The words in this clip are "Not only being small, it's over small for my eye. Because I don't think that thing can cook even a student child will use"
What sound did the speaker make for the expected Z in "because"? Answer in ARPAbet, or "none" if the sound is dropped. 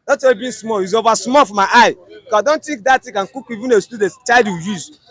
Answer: none